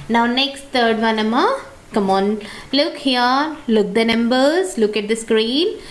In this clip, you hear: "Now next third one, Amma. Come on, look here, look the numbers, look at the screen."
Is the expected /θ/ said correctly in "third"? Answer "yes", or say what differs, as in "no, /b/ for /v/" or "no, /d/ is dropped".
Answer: no, /t/ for /θ/